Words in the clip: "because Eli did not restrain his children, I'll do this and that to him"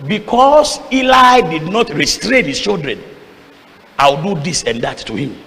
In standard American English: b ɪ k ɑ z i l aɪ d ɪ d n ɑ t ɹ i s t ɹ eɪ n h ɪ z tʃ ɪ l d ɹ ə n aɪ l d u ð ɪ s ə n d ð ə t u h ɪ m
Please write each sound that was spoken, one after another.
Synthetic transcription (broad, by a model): b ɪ k ɑ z i l aɪ d ɪ d n ɑ t ɹ i s t ɹ eɪ n h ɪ s tʃ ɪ l d ɹ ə n aɪ w d u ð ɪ s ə n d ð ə t u h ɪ m